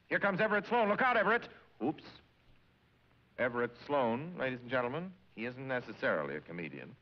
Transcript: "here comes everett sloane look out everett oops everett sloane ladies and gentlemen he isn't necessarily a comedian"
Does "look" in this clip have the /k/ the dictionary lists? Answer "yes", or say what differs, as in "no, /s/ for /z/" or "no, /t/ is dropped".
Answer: yes